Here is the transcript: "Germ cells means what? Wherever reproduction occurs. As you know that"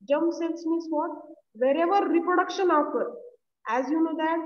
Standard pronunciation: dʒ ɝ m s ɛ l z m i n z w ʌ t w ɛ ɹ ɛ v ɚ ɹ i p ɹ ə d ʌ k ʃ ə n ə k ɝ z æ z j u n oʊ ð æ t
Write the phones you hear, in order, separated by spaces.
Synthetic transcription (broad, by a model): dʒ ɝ m s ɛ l s m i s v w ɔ t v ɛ ɹ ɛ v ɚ ɹ i p ɹ ə d ʌ k ʃ ə n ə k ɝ æ z j u n oʊ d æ t